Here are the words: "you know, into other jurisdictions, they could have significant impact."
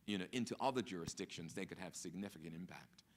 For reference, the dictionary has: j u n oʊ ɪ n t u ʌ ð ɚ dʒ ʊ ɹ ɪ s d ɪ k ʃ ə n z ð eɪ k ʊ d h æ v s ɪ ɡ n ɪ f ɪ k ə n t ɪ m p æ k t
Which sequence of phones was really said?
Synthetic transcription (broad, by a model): j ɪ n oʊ ɪ n t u ʌ ð ɚ dʒ ʊ ɹ ɪ s d ɪ k ʃ ə n z ð eɪ k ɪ d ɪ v s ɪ ɡ n ɪ f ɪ k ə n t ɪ m p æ k t